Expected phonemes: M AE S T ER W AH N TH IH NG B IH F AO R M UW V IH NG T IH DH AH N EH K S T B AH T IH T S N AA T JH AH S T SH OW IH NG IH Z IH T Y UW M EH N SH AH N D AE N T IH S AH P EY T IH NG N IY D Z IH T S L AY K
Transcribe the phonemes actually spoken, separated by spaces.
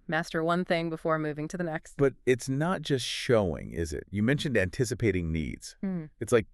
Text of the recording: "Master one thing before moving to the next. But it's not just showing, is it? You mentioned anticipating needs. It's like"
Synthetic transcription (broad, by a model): M AE S T ER W AH N TH IH NG B IH F AO R M UW V IH NG T IH DH AH N EH K S T B AH T IH T S N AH T JH AH S T SH OW IH NG IH Z IH T Y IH M EH N SH AH N D AE N T IH S AH P EY T IH NG N IY D Z IH T S L AY K